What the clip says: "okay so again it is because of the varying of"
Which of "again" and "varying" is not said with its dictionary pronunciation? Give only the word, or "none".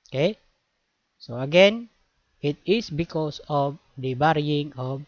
varying